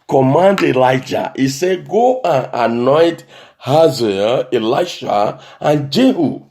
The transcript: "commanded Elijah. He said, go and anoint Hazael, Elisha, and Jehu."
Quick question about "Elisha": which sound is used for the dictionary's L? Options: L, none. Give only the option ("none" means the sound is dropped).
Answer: none